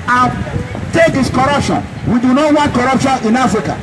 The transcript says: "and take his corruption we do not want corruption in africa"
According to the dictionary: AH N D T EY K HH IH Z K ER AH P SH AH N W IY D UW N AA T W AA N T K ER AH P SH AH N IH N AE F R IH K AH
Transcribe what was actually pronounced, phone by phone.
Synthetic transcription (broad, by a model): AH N T EY K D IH S K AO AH P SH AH N W IY D UW N AA T W AA N T K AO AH P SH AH N IH N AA F R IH K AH